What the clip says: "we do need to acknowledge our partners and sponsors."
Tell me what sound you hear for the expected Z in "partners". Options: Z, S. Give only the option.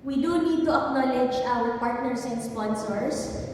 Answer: S